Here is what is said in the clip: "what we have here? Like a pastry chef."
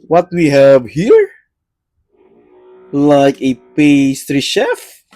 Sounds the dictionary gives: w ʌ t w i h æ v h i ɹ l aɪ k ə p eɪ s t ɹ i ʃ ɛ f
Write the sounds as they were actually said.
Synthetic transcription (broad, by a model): w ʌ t w i h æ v h i ɹ l aɪ k ə p eɪ s t ɹ i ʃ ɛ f